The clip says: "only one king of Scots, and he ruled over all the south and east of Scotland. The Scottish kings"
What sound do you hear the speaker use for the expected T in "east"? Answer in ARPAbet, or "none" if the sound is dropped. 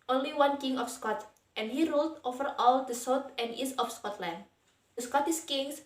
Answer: none